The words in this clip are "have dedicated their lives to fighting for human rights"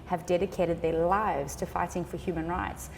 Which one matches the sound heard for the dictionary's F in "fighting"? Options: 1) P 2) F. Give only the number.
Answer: 2